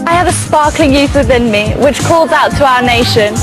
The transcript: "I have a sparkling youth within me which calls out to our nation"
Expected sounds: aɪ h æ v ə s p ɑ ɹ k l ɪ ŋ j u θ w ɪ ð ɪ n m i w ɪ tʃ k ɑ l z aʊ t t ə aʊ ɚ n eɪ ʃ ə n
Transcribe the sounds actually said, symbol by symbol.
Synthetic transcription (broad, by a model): aɪ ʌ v ə s p ɑ k l ɪ ŋ j u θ w ɪ ð ɪ n m i w ɪ tʃ k ɑ l z aʊ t t ə aʊ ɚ n eɪ ʃ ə n